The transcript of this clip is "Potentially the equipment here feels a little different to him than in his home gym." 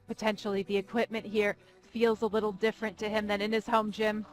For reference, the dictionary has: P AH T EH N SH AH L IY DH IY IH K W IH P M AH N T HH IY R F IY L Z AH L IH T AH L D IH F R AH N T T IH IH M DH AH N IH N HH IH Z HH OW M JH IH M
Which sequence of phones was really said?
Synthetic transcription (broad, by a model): P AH T EH N SH L IY DH IY IH K W IH P M AH N T HH IY R F IY L Z AH L IH T L D IH F R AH N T T IH IH M DH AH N IH N IH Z HH OW M JH IH M